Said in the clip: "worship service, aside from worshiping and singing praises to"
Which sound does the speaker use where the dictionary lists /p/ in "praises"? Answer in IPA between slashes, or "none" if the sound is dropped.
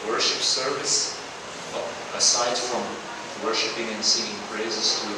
/b/